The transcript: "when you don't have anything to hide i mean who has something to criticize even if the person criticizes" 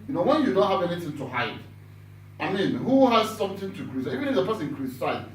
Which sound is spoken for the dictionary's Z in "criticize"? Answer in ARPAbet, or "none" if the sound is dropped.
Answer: none